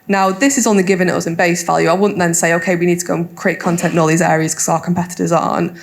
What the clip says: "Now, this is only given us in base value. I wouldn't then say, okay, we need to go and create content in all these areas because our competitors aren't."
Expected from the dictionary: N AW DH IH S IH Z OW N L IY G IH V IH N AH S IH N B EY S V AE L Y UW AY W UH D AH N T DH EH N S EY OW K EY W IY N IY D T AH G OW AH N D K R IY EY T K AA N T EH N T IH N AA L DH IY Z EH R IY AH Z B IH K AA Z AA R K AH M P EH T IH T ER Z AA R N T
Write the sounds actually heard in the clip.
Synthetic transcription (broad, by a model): N AW DH IH S IH Z N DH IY G IH V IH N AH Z IH N B EY S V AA L Y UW AY W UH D N DH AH N S EY OW K EY W IY N IY D T AH G OW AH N K R IY EY T K AA N T EH N T IH N AA L DH IY Z EH R IY AH Z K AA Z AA K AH M P EH T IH T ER Z N